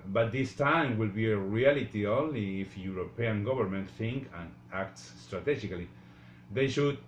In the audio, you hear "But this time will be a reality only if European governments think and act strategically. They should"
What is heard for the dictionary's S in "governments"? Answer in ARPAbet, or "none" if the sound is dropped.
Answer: none